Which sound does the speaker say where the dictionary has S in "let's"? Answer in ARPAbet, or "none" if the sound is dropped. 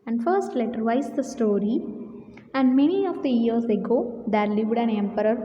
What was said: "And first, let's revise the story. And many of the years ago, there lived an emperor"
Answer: none